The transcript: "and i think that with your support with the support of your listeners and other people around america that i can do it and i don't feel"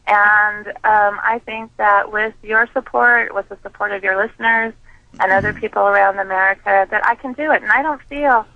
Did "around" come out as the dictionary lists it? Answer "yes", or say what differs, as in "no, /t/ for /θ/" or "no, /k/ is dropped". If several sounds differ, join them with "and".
yes